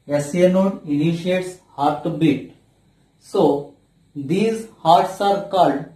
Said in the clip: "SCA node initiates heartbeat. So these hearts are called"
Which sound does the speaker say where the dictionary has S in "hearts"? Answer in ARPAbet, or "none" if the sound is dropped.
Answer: S